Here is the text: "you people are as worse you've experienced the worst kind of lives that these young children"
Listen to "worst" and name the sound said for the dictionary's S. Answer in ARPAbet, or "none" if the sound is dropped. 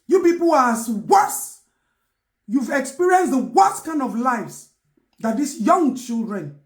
none